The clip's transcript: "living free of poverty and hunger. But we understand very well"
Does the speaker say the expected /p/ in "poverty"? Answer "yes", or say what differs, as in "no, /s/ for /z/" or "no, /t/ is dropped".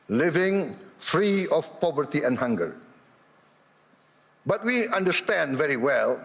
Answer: yes